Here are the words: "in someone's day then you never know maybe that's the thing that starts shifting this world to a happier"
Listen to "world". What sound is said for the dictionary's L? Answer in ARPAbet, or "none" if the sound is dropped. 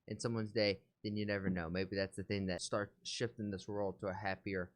L